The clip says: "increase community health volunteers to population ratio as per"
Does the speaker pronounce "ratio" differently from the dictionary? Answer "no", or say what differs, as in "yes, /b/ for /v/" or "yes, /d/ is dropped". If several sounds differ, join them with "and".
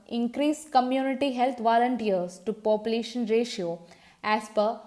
no